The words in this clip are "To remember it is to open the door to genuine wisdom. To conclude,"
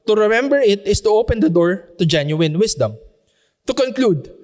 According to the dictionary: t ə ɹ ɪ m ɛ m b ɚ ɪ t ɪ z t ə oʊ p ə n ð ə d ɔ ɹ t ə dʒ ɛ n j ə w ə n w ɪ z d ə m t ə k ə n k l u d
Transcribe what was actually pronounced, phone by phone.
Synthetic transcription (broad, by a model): t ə ɹ ɪ m ɛ m b ɚ ɪ t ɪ s t ə oʊ p ə n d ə d ɔ ɹ t ə dʒ ɛ n j ə w ə n w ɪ s d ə m t ə k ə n k l u d